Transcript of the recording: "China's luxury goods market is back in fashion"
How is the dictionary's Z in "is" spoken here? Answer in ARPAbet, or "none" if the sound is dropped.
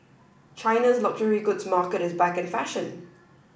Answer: Z